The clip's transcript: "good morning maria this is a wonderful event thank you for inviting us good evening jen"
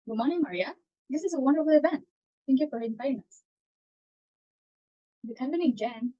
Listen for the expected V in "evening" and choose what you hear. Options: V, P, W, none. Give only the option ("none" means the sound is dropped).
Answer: P